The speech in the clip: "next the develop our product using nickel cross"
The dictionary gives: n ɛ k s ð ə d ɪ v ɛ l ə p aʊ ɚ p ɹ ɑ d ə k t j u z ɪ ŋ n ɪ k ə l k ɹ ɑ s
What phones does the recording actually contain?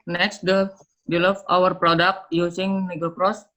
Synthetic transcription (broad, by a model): n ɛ k s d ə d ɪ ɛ l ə f aʊ ɚ p ɹ ɑ d ə k t j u s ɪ ŋ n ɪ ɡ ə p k ɹ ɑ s